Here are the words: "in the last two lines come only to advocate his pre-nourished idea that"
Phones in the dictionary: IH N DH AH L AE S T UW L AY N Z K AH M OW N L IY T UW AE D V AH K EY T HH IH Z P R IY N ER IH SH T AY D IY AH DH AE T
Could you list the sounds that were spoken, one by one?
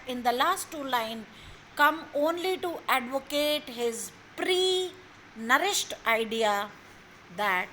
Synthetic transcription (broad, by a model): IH N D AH L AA S T UW L AY N K AH M OW N L IY T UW AE D V AH K EY T HH IH Z P R IY N ER IH SH T AY D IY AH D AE T